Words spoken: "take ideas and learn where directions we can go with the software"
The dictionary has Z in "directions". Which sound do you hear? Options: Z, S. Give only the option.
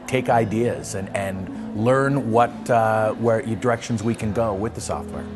Z